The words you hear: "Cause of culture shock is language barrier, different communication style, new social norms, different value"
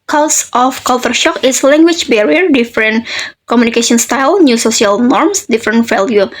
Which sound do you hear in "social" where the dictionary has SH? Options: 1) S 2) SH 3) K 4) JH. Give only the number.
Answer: 1